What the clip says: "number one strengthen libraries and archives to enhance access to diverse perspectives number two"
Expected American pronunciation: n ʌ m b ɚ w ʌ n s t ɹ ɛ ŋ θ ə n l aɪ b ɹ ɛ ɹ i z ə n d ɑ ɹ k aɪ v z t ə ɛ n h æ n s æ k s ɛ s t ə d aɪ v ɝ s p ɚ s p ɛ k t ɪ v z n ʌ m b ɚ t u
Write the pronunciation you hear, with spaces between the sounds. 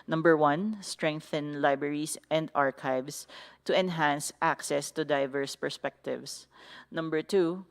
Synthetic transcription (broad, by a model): n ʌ m b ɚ w ʌ n s t ɹ ɛ ŋ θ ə n l aɪ b ɹ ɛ ɹ i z ə n d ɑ ɹ k aɪ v s t ə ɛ n h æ n s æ k s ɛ s t ə d aɪ v ɝ s p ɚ s p ɛ k t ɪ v s n ʌ m b ɚ t u